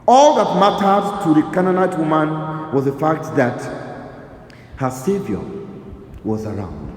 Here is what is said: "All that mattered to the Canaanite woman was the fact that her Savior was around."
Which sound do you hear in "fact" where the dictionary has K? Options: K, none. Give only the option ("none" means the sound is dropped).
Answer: K